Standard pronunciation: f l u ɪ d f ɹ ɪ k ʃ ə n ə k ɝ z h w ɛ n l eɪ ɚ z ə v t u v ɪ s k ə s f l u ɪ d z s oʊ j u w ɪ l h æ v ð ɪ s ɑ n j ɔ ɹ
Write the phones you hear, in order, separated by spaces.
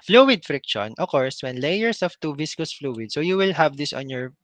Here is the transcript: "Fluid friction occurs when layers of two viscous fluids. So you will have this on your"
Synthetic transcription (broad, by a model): f l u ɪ d f ɹ ɪ k ʃ ə n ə k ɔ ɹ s w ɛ n l eɪ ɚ s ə f t u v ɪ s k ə s f l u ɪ d s oʊ j u w ɪ l h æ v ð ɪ s ɑ n j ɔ ɹ